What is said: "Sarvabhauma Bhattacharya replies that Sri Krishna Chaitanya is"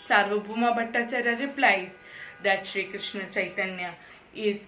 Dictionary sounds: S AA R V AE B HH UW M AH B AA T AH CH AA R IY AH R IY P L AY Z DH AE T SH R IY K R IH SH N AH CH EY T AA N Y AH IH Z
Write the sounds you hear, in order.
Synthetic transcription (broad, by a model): S AA R V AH B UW M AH B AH T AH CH AA R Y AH R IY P L AY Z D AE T SH R IY K R IH SH N AH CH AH T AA N Y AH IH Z